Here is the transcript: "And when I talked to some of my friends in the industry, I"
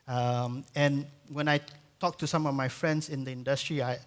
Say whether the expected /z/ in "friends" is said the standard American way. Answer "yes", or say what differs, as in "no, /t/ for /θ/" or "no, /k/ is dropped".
no, /s/ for /z/